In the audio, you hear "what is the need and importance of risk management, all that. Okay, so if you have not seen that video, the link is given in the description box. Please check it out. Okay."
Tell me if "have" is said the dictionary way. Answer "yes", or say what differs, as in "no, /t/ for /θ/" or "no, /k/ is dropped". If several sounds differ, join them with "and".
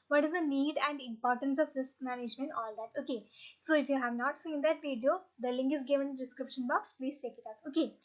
yes